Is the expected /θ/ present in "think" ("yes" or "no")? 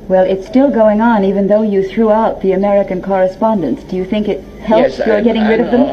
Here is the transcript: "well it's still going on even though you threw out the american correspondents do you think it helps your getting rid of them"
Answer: yes